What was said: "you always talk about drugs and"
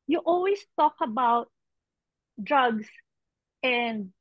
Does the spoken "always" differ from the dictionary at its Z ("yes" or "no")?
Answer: yes